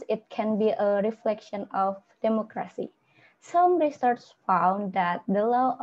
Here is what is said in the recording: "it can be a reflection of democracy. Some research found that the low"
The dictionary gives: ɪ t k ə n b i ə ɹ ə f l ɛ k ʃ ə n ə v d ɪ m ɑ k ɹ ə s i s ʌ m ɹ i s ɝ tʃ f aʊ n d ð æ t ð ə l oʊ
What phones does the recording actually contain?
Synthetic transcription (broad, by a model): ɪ t k ə n b i ə ɹ ə f l ɛ k ʃ ə n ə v d ɪ m ɑ k ɹ ə s i s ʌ m ɹ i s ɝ s f aʊ n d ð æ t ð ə l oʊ